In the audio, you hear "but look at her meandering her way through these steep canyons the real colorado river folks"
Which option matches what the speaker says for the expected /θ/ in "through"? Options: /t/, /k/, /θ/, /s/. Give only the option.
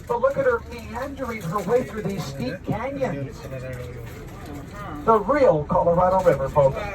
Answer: /θ/